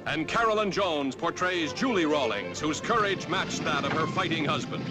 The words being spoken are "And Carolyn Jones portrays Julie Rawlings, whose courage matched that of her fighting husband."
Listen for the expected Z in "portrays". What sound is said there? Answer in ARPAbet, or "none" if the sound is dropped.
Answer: Z